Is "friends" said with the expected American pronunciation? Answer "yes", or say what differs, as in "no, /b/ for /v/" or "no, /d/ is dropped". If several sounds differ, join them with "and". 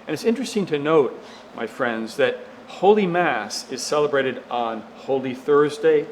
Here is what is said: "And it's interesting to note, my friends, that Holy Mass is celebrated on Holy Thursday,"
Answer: yes